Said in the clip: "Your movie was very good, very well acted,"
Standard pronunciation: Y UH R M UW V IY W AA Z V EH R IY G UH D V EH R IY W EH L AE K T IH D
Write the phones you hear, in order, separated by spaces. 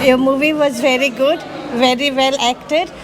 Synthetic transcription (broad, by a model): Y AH M UW V IY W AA Z V EH R IY G UH D V EH R IY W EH L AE K T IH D